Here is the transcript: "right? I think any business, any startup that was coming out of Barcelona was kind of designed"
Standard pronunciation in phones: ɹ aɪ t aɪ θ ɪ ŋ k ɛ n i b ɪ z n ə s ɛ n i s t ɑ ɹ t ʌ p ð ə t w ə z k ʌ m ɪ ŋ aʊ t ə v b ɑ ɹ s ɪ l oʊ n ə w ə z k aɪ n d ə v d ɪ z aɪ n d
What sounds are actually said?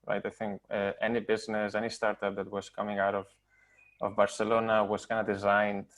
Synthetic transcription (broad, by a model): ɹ aɪ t aɪ θ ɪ ŋ k ɛ n i b ɪ z n ə s ɛ n i s t ɑ ɹ t ʌ p ð ə t w ə z k ʌ m ɪ ŋ aʊ t ə v b ɑ ɹ s ɪ l oʊ n ə w ə z k aɪ n d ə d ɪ z aɪ n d